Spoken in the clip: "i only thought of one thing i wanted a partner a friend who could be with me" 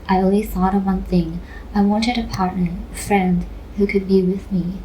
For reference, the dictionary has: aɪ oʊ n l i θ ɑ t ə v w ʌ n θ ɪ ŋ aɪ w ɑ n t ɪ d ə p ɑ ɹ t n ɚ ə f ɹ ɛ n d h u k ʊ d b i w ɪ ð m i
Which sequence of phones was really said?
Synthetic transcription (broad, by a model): aɪ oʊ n w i θ ɑ t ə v w ʌ n θ ɪ ŋ aɪ w ɑ n t ɪ d ə p ɑ ɹ t n ɚ ə f ɹ ɛ n d h u k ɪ d b i w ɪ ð m i